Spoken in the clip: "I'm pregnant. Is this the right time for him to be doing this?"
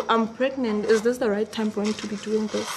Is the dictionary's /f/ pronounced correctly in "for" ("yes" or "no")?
no